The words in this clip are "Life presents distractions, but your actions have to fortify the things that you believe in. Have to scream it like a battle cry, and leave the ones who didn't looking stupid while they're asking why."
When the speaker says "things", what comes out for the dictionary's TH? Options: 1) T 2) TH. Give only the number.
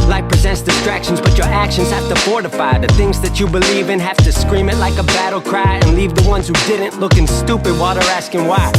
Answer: 2